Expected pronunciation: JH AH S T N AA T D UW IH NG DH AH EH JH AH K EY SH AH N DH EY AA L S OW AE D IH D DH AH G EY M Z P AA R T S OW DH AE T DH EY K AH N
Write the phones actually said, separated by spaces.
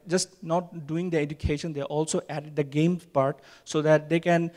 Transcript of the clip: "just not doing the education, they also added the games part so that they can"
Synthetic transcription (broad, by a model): JH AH S T N AA T D UW IH NG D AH EH JH AH K EY SH AH N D EY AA L S OW AE D IH D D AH G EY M P AA R T S OW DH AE T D EY K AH N